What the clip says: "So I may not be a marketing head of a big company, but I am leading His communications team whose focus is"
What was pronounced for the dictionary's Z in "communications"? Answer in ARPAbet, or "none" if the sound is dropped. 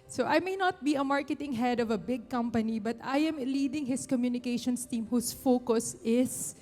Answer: S